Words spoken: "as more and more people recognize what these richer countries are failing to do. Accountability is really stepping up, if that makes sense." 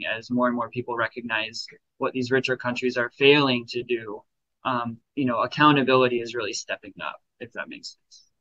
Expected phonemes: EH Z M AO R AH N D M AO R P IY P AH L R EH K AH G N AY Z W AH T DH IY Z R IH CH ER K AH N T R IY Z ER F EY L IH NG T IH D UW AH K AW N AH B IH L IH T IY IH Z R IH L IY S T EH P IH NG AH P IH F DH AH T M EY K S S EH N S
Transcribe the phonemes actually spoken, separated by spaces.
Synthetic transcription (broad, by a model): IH Z M AO R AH N M AO R P IY P L R EH K AH G N AY Z W AH T DH IY Z R IH CH ER K AH N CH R IY Z ER F EY L IH NG T IH D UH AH K AW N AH B IH L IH T IY IH Z R IH L IY S T EH P IH NG AH P IH F DH AH T M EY K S S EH N S